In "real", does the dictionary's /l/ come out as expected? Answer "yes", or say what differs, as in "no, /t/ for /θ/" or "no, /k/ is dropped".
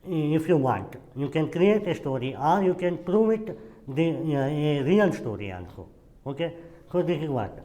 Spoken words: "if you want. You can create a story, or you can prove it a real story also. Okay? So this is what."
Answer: no, /n/ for /l/